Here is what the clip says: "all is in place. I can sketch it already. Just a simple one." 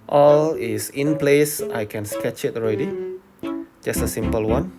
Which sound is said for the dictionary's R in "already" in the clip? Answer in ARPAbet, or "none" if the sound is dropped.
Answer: R